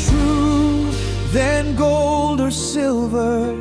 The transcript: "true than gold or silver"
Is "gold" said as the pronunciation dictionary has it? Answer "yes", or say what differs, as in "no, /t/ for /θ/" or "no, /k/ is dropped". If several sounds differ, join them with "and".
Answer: yes